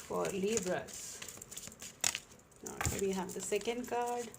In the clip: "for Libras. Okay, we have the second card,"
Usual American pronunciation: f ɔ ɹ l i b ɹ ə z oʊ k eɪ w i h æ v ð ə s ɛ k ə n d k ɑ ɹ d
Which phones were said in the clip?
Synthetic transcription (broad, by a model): f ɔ ɹ l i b ɹ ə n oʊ eɪ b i h æ v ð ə s ɛ k ə n d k ɑ ɹ d